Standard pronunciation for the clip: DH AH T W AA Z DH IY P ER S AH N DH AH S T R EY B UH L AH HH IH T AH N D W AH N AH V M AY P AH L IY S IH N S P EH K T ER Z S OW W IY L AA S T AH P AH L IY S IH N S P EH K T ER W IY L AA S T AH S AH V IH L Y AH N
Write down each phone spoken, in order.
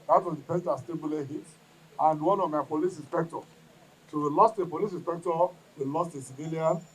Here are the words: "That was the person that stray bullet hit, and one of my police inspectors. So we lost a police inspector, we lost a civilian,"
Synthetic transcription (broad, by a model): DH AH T W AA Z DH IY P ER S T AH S T EY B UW L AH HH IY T AH N D W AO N AH V M AY P AH L IY S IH N S P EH K T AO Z S OW W IY L AA S T AH P AH L IY S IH N S P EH K T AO W IY L AA S T AH S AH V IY L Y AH N